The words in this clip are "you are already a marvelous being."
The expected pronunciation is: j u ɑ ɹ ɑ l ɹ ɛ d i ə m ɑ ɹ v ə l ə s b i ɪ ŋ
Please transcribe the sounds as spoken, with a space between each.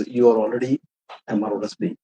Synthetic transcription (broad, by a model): j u ɑ ɹ ɑ l ɹ ɛ d i ə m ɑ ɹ ə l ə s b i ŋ